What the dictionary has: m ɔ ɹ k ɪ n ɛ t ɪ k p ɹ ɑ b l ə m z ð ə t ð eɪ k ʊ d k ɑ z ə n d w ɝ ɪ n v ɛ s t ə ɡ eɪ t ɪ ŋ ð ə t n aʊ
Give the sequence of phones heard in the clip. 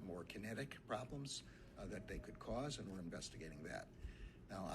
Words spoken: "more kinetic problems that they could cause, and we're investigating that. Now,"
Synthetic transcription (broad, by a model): m ɔ ɹ k ɪ n ɛ t ɪ k p ɹ ɑ b l ə m z ð ə t ð eɪ k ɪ d k ɑ z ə n w ɝ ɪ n v ɛ s t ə ɡ eɪ t ɪ ŋ ð ə t n aʊ